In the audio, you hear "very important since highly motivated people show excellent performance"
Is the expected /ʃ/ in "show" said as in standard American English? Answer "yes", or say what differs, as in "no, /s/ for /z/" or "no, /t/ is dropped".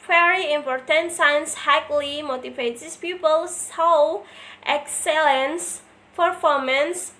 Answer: no, /s/ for /ʃ/